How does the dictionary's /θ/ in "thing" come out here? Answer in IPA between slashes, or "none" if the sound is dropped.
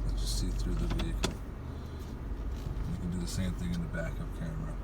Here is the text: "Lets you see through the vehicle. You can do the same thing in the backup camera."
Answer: /θ/